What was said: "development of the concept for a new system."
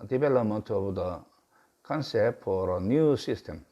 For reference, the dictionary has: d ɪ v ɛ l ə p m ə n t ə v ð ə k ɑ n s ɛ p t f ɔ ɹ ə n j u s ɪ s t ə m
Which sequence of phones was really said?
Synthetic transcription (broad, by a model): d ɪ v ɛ l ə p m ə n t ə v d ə k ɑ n s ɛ t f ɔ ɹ ə n j u s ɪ s t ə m